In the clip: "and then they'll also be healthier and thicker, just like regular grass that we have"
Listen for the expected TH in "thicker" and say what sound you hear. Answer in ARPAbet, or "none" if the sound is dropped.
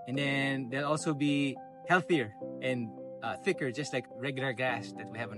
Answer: TH